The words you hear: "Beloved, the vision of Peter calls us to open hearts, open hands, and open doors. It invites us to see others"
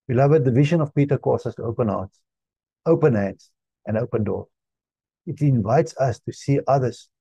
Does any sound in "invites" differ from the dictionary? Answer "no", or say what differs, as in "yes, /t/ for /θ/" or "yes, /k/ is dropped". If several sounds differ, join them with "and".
no